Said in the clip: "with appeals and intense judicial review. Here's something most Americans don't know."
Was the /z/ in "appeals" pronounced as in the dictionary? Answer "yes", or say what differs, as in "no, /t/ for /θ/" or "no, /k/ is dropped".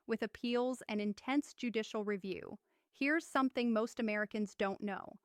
yes